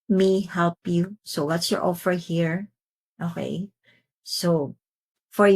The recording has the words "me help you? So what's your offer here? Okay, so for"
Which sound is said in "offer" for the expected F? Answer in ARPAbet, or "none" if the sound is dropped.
F